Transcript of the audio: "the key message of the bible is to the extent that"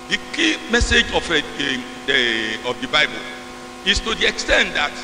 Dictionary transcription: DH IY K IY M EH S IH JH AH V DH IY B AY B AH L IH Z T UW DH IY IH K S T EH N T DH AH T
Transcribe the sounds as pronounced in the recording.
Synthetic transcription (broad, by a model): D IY K IY M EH S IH JH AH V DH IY B AY B AH L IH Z T UW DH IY IH K S T EH N T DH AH T